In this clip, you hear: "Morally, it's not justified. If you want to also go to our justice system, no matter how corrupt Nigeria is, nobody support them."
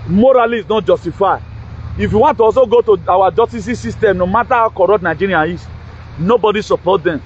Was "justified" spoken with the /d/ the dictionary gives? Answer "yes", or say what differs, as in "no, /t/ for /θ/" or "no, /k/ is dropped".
no, /d/ is dropped